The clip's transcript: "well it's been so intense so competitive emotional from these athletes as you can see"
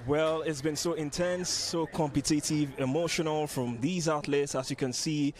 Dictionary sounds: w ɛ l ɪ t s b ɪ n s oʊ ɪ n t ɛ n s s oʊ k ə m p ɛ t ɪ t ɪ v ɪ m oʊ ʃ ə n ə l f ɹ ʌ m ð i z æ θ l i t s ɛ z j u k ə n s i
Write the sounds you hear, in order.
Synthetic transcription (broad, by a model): w ɛ l ɪ t s b ɪ n s oʊ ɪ n t ɛ n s s oʊ k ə m p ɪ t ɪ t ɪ v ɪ m oʊ ʃ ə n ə l f ɹ ʌ m ð i z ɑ t l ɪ t s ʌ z j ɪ k ə n s i